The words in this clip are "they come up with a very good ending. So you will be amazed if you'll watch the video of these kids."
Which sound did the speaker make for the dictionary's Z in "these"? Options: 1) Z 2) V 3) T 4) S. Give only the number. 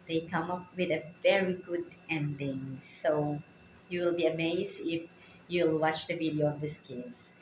4